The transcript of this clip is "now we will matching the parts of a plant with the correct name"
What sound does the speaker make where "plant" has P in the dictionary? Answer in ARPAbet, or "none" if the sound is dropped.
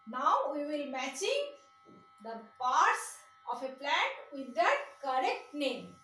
P